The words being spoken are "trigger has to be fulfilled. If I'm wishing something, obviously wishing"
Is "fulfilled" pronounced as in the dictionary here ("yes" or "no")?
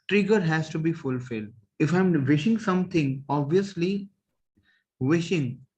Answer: yes